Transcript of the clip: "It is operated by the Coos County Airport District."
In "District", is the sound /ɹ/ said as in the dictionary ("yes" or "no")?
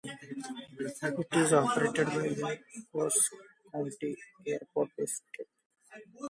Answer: no